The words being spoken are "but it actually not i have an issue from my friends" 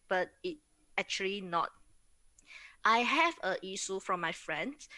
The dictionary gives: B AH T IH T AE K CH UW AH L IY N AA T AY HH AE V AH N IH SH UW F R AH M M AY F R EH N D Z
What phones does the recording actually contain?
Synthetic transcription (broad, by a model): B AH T IH T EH K CH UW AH L IY N AA T AY HH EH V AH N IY S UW F R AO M M AY F R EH N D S